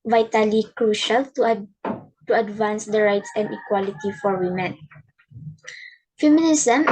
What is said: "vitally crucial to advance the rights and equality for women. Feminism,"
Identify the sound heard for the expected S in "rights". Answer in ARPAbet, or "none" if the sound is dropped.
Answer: S